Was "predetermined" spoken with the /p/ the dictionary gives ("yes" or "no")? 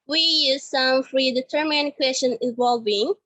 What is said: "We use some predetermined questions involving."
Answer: no